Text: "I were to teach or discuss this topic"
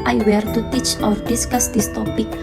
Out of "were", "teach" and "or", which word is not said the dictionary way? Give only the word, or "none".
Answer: none